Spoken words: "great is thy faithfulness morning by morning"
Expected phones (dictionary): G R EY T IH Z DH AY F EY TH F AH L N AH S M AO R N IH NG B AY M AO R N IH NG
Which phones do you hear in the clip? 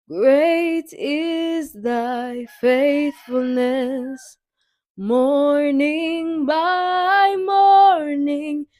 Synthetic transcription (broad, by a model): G R EY T IH Z DH AY F EY TH F AH L N AH S M AO R N IH NG B AY M AO R N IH NG